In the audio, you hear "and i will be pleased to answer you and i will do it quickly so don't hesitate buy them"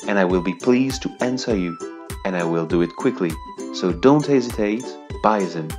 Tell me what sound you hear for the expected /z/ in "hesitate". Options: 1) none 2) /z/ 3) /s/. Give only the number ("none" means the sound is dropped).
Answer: 2